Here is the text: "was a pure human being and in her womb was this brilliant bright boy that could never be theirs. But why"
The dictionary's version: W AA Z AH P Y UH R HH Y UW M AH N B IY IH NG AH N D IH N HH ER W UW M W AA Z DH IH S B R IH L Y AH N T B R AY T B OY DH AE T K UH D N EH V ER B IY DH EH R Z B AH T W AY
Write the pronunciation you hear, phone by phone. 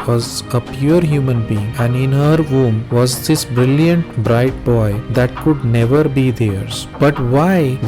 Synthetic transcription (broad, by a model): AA Z AH P Y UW R HH Y UW M AH N B IY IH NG AH N D IH N HH ER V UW M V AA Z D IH S B R IH L Y AH N T B R AY T B OY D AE T K UH D N EH V ER B IY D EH R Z B AH T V AY